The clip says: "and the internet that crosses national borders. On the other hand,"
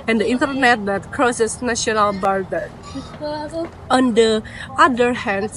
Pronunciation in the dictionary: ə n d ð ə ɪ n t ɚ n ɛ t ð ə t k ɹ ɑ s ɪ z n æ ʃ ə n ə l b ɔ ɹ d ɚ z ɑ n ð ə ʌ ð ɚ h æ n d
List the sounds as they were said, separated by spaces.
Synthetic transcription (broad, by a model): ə n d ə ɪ n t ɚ n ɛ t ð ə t k ɹ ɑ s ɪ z n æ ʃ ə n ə l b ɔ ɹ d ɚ ɑ n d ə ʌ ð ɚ h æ n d